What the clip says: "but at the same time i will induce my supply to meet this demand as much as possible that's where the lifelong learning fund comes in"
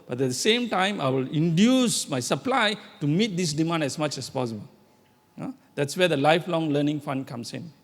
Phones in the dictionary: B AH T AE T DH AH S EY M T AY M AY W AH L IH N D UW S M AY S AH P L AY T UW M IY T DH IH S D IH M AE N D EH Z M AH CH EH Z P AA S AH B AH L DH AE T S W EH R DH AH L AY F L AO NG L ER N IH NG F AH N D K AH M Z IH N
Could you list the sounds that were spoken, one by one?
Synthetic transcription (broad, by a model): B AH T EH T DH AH S EY M T AY M AY W AH L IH N D UW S M AY S AH P L AY T UW M IY T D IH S D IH M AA N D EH S M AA CH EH S P AA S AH B AH L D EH T S W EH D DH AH L AY F L AO NG L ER N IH NG F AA N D K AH M S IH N